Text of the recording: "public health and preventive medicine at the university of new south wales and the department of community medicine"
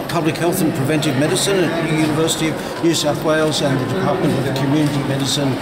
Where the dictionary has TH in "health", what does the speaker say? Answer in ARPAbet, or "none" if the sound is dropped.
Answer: TH